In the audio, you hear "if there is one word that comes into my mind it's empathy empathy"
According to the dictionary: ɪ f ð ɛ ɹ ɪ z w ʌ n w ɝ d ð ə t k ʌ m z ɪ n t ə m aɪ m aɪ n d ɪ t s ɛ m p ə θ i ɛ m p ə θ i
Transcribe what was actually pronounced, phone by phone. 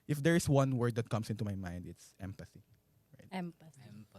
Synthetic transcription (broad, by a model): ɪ f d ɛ ɹ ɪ s w ʌ n w ɝ d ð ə t k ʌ m s ɪ n t ə m aɪ m aɪ n d ɪ t s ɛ m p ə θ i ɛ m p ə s